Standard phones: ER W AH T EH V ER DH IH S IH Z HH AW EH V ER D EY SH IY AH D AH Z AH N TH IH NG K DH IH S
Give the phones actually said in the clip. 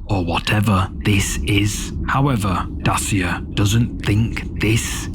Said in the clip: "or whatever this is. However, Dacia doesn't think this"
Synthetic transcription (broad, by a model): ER W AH T EH V ER DH IH S IH Z HH AW EH V ER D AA S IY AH D AH Z AH N TH IH NG K DH IH S